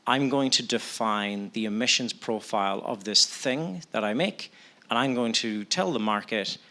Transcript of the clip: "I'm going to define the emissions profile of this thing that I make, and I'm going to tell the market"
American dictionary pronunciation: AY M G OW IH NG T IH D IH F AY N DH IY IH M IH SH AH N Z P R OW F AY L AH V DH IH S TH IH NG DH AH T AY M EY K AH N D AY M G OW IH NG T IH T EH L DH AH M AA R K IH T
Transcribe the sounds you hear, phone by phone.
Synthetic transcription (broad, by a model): AY M G OW IH NG T IH D IH F AY N DH IY IH M IH SH AH N Z P R OW F AY L AH V DH IH S TH IH NG DH AH T AY M EY K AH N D AY M G OW IH NG T IH T EH L DH AH M AA R K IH T